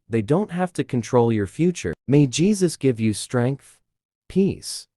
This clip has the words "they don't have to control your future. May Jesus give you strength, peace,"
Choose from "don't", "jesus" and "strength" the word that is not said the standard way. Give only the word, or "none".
none